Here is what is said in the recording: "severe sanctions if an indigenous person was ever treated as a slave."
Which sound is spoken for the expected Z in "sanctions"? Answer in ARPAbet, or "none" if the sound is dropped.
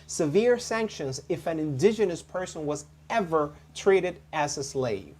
Z